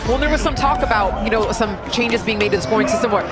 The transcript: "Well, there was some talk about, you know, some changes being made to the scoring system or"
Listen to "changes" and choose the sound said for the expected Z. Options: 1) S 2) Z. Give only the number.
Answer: 2